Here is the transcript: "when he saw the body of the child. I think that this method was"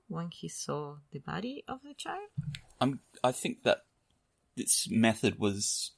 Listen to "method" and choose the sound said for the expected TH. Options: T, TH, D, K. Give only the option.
TH